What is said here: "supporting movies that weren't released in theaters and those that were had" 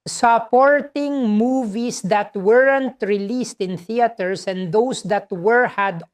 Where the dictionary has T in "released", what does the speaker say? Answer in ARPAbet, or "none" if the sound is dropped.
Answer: T